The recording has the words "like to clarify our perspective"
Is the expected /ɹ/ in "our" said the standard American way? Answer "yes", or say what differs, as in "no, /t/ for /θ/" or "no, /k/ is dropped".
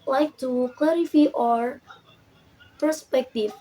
yes